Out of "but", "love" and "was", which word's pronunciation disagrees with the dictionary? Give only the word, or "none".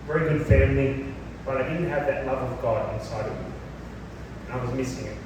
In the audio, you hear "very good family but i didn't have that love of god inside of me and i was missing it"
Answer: none